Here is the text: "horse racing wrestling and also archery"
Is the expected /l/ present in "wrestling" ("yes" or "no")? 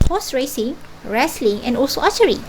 yes